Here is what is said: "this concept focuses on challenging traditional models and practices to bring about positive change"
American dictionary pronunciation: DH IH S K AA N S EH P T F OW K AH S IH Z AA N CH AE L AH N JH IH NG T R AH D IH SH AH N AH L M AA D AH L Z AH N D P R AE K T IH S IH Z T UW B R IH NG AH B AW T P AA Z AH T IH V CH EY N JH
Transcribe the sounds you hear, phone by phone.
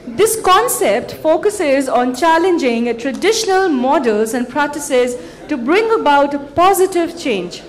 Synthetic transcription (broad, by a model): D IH S K AA N S EH P T F OW K AH S IH Z AA N CH AE L AH N JH IH NG T R AH D IH SH AH N AH L M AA D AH L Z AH N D P R AE K T IH S IH Z T UW B R IH NG AH B AW T P AA Z AH T IH V CH EY N JH